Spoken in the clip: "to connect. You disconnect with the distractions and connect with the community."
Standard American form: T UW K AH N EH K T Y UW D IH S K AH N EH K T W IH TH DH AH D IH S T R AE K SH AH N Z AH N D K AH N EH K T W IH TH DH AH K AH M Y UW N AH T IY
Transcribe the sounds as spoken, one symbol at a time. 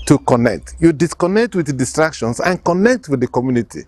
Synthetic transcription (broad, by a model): T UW K AH N EH K T Y UW D IH S K AH N EH K T W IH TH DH D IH S T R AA K SH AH N S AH N K AH N EH K T W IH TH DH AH K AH M Y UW N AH T IY